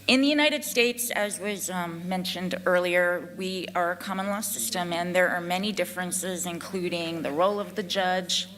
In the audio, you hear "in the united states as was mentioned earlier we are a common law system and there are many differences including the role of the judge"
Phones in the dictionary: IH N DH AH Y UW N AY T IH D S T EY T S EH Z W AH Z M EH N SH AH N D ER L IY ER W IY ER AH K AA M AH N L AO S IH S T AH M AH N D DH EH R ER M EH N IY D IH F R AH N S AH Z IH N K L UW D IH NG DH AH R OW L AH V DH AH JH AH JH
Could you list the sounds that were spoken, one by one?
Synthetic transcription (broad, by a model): IH N DH AH Y UW N AY T IH D S T EY T S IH Z W AH Z M EH N SH AH N D ER L IY ER W IY ER AH K AA M AH N L AO S IH S T AH M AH N DH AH R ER M EH N IY D IH F R AH N S AH Z IH N K L UW D IH NG DH AH R OW L AH V DH AH JH AH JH